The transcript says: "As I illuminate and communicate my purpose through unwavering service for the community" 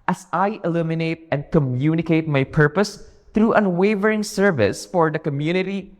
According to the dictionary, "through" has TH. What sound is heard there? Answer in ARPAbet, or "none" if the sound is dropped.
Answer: T